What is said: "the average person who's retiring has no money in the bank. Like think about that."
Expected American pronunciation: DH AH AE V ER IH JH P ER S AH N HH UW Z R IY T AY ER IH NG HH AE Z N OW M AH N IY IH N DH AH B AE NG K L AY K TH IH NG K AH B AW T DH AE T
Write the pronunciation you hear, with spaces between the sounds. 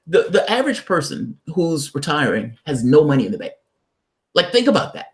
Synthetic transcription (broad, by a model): DH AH AE V ER IH JH P ER S AH N HH UW Z R IY T AY ER IH NG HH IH Z N OW M AH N IY IH N DH AH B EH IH L AY K TH IH NG K AH B AW T DH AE T